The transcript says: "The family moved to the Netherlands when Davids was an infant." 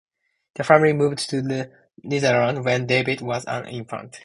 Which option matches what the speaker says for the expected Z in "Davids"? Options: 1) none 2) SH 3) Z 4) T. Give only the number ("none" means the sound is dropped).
1